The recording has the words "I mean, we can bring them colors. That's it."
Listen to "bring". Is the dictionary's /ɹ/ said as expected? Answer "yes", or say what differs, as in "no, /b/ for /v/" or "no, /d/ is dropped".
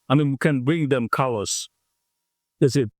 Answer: yes